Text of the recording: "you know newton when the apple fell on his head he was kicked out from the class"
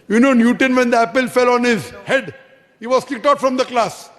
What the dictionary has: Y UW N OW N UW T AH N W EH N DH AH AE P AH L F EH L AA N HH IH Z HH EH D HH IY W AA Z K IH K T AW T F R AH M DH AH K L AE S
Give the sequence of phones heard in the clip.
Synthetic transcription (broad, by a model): Y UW N OW N UW T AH N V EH N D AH AE P AH L F EH L AA N HH IH Z HH EH D HH IY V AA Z K IH K T AW T F R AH M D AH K L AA S